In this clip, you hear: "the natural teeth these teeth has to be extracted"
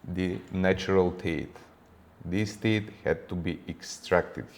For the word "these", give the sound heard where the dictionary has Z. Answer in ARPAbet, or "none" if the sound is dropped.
S